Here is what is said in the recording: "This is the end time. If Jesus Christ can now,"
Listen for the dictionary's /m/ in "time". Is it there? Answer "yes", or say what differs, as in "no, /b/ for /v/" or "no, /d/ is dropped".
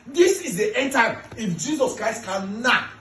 no, /m/ is dropped